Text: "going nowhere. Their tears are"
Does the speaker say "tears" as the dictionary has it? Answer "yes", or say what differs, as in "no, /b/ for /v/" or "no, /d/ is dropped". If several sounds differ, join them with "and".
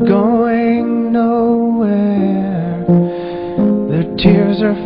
yes